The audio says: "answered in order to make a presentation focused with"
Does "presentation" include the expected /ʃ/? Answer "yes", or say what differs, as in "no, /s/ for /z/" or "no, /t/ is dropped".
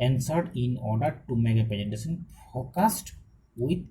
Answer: no, /s/ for /ʃ/